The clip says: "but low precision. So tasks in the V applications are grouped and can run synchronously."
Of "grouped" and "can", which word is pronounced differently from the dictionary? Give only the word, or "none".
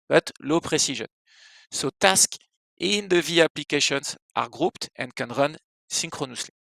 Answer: none